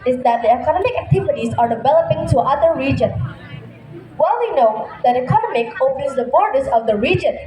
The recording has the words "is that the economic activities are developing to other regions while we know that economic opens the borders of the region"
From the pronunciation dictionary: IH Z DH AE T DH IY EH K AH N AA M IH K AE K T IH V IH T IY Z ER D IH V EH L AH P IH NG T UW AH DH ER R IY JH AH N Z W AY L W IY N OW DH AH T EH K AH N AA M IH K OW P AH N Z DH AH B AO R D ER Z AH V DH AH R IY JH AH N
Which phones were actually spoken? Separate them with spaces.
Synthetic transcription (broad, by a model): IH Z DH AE T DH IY EH K AH N AA M IH K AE K T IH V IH T IY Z ER D IH V EH L AH P IH NG T UW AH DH ER R IY JH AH N W AY L W IY N OW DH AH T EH K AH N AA M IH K OW P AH N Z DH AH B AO R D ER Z AH V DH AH R IY JH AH N